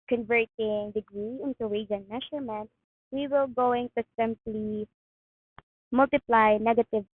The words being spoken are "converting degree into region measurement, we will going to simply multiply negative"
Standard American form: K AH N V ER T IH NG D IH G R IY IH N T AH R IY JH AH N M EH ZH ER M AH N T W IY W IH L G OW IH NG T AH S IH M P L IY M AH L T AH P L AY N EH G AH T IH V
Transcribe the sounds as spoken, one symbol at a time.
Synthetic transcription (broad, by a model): K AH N V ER T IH NG D IH G R IY IH N T AH W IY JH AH N M EH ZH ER M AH N T W IY W IH L G OW IH NG T AH S IH M P L IY M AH L T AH P L AY N EH G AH T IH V